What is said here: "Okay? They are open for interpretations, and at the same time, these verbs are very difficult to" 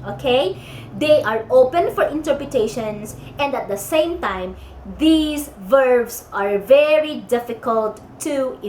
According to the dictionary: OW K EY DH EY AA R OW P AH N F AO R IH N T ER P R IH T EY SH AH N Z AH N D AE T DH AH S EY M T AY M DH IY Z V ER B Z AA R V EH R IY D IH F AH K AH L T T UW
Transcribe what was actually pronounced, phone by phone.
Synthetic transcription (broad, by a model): OW K EY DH EY AA R OW P AH N F AO R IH N T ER P R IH T EY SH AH N S AH N D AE T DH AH S EY M T AY M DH IY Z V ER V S AA R V EH R IY D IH F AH K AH L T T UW